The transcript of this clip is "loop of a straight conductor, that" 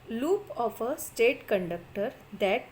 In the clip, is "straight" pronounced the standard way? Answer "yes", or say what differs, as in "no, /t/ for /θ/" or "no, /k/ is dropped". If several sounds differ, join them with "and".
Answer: no, /ɹ/ is dropped